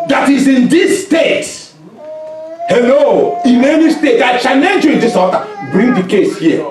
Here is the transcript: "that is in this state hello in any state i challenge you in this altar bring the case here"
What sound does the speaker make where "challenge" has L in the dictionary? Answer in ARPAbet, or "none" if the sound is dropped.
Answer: N